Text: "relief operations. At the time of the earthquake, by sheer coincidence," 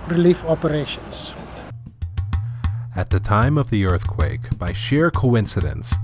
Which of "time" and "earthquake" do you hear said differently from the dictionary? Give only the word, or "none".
none